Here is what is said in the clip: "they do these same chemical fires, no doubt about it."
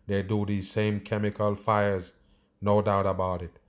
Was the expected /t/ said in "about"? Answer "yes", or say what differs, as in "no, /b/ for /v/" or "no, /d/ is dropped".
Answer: yes